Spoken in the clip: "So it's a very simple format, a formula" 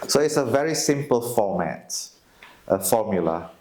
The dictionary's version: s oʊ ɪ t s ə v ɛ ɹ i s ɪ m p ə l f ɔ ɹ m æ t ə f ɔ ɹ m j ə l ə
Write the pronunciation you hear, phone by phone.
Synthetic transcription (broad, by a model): s oʊ ɪ t s ə v ɛ ɹ i s ɪ m p ə l f ɔ m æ t ə f ɔ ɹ m j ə l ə